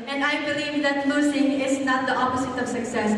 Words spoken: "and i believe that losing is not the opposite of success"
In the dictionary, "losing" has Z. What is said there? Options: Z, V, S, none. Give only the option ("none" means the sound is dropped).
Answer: S